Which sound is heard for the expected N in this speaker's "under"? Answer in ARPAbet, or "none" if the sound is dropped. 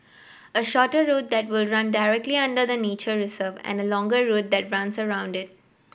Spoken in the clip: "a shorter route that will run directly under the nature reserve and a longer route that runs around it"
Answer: N